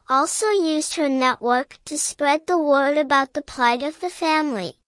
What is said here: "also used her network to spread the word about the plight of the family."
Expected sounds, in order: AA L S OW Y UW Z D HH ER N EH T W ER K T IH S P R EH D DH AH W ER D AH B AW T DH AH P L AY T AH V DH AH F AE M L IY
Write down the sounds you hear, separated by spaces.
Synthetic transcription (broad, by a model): AA L S OW Y UW Z D HH ER N EH T W ER K T IH S P R EH D DH AH W ER D AH B AW T DH AH P L AY T AH V DH AH F AE M L IY